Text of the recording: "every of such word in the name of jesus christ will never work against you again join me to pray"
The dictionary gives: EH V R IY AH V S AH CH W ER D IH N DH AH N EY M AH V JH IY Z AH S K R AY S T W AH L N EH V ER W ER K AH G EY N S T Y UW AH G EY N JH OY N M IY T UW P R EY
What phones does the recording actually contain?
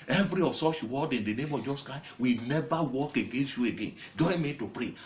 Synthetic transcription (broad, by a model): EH V R IY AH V S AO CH W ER D IH N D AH N EY M AH V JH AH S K AY W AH N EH V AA W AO K AH G EY N S T Y UW AH G EY N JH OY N M IY T UW P R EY